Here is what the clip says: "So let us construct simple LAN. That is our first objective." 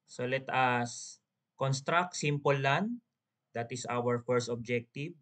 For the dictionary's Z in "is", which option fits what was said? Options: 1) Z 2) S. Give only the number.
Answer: 2